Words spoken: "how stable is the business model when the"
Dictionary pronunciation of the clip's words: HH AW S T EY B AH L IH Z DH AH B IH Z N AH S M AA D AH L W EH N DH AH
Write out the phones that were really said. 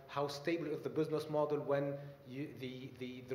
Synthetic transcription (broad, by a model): HH AW S T EY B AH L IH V DH AH B IH Z N AH S M AA D AH L W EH N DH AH